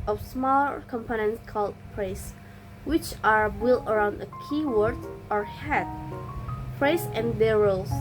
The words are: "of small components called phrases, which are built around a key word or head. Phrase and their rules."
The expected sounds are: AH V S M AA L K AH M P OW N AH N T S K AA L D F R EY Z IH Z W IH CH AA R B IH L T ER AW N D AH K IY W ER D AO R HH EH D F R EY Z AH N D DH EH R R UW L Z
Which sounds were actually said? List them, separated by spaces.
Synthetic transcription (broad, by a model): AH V S M AA L K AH M P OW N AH N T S K AA L D P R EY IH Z W IH CH AA R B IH L ER AW N D AH K IY W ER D AO R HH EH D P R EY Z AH N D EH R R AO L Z